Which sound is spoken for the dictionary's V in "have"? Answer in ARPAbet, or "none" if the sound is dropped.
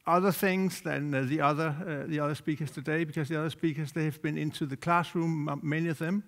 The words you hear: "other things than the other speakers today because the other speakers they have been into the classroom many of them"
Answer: V